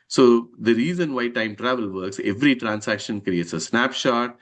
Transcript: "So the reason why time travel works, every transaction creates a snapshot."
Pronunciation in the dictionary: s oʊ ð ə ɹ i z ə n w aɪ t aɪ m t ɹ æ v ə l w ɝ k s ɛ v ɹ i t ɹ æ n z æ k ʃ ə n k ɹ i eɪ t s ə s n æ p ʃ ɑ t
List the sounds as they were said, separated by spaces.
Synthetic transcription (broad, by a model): s oʊ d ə ɹ i z ə n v aɪ t aɪ m t ɹ æ v ə l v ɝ k s ɛ v ɹ i t ɹ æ n s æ k ʃ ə n k ɹ i eɪ t s ə s n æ p ʃ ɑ t